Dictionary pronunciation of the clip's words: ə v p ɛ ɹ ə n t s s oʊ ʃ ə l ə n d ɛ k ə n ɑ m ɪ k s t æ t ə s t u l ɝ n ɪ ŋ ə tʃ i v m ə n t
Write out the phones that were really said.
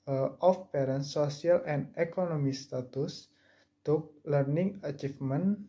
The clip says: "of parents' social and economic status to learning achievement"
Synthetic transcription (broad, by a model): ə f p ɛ ɹ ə n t s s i ə l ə n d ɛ k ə n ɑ m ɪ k s t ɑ t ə s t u l ɝ n ɪ ŋ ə tʃ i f m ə n